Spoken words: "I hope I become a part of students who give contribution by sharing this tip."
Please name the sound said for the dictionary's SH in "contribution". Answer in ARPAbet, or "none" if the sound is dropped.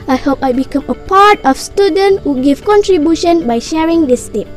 SH